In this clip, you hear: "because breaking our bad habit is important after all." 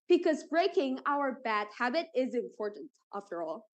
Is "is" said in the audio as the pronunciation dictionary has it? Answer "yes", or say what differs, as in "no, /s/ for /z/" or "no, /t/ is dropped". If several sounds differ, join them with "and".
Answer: yes